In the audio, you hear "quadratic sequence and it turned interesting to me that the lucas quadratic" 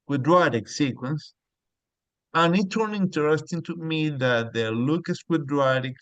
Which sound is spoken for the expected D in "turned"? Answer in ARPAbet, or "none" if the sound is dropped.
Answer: none